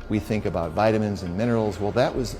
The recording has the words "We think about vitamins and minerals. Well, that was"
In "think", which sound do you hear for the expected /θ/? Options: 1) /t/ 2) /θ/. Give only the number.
2